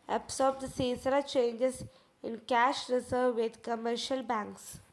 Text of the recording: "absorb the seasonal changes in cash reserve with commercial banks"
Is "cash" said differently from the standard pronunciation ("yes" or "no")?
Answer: no